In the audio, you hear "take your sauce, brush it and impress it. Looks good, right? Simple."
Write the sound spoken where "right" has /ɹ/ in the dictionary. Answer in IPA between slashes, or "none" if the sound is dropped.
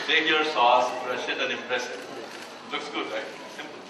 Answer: /l/